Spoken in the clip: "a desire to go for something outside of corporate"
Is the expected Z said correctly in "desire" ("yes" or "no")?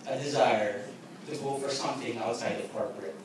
yes